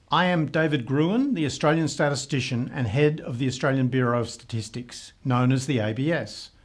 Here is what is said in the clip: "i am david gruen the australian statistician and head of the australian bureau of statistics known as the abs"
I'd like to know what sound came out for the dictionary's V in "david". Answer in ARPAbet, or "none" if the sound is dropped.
V